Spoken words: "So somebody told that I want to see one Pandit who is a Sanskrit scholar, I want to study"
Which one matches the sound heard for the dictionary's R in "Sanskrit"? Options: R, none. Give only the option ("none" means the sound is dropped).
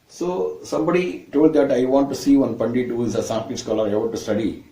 none